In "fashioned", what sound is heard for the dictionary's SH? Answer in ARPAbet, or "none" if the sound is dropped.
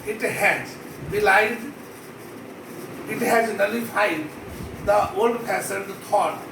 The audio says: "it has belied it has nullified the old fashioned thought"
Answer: S